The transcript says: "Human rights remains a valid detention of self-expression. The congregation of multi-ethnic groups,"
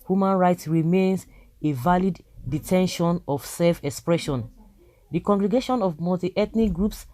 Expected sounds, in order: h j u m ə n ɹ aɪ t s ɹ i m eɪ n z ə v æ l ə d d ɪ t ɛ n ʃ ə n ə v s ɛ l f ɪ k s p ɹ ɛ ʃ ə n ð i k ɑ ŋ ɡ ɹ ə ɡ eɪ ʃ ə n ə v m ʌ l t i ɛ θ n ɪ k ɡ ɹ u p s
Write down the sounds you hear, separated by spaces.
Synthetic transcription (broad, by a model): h j u m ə n ɹ aɪ t s ɹ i m eɪ n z ə v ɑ l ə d d ɪ t ɛ n ʃ ə n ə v s ɛ l f ɪ k s p ɹ ɛ ʃ ə n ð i k ɑ ŋ ɡ ɹ ə ɡ eɪ ʃ ə n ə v m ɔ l t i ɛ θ n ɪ k ɡ ɹ u p s